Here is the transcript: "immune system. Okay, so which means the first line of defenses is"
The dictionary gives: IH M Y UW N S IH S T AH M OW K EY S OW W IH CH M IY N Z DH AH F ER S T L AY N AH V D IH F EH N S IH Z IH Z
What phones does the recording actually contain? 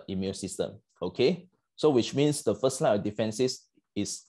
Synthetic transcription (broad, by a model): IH M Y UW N S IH S T AH M OW K EY S OW W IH CH M IY N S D AH F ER S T L AY AH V D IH F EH N S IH S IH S